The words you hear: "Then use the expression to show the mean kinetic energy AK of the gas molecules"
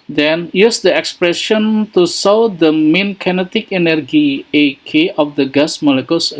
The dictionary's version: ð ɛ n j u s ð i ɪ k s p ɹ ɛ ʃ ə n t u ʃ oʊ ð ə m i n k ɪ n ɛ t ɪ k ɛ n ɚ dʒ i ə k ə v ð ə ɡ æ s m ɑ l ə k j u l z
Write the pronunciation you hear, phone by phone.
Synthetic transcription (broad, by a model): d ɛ n j u s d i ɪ k s p ɹ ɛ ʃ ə n t u s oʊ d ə m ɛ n k ɪ n ɛ t ɪ k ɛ n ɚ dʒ i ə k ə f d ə ɡ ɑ s m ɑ l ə k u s